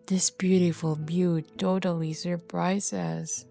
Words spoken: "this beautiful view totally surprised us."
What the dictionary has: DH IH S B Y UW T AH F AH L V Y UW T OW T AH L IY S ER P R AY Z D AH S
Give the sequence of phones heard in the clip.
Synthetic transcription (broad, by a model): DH IH S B Y UW T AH F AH L B Y UW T OW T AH L IY S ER P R AY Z IH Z